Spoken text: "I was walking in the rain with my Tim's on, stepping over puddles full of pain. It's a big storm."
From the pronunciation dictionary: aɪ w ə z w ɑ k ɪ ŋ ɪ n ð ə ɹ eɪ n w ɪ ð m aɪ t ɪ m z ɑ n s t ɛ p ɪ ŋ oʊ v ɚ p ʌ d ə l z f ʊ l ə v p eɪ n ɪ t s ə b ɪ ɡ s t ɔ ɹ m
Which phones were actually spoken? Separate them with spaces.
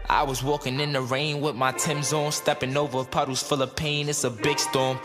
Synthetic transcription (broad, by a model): aɪ w ə z w ɑ k ɪ ŋ ɪ n ð ə ɹ eɪ n w ɪ ð m aɪ t ɪ m z ɑ n s t ɛ p ɪ ŋ oʊ v ɚ p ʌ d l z f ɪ l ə p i n ɪ t s ə b ɪ ɡ s t ɔ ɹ m